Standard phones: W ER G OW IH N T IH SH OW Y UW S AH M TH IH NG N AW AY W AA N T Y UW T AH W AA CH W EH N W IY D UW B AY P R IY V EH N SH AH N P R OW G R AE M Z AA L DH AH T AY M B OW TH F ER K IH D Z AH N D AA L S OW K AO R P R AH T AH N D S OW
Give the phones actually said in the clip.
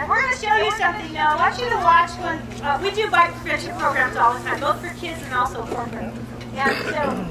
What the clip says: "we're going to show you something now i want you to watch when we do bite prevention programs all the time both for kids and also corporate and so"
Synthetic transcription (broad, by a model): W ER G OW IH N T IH SH OW Y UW S AH M TH IH NG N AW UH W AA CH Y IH T AH W AA CH W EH N W IY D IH B AY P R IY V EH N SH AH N P R OW G R AE M Z AA L DH AH T AY M B OW TH F ER K IH D Z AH N AA L S OW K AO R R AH AH N S OW